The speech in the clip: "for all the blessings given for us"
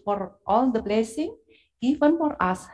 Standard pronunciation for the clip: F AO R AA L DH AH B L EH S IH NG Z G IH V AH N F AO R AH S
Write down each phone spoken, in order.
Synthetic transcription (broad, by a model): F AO R AA L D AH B L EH S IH NG G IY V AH N F AO R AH S